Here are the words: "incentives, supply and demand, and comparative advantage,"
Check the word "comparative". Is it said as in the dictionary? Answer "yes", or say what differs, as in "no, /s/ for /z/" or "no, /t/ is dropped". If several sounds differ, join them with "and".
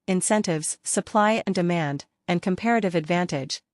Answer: yes